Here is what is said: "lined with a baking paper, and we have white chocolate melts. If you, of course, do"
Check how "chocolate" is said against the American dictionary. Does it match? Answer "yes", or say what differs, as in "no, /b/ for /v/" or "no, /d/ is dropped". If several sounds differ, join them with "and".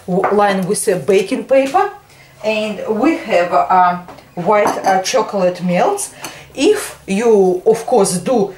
yes